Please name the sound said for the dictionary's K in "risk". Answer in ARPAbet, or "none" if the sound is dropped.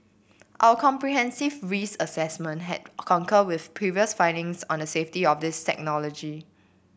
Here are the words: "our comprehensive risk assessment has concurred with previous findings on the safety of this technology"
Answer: none